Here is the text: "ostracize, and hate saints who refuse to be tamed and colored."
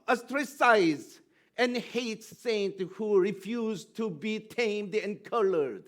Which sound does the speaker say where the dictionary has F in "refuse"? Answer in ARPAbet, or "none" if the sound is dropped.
F